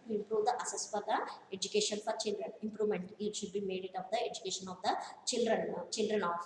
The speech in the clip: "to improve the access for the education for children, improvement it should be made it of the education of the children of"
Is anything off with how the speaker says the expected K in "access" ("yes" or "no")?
yes